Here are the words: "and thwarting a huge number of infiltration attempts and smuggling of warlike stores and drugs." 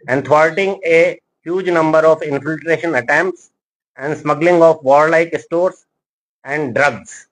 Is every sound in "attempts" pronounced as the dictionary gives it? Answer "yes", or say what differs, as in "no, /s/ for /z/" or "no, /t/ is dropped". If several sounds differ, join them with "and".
yes